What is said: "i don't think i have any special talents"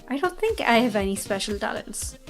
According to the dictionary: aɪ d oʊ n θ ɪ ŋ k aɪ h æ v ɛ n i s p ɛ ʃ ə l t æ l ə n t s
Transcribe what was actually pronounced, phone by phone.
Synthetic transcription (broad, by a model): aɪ d oʊ n θ ɪ ŋ k aɪ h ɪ v ɛ n i s p ɛ ʃ ə l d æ l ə n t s